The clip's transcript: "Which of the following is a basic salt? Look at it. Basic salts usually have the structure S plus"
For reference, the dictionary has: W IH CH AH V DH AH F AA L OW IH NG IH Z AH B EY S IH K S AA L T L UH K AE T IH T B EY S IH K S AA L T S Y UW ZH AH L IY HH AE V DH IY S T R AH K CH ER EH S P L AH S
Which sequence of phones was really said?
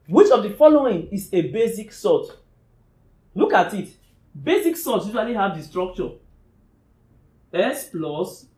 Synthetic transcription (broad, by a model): W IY CH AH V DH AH F AA L OW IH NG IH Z AH B EY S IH K S AA T L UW K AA T IH T B EY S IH K S AA T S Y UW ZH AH L IY HH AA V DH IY S T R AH K CH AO EH S P L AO S